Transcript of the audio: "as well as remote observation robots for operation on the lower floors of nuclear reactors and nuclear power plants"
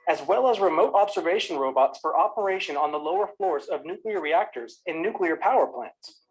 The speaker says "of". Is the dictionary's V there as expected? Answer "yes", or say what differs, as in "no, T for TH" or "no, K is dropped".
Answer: yes